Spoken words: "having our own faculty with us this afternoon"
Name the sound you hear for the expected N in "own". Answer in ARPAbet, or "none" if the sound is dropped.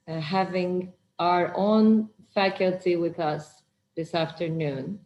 N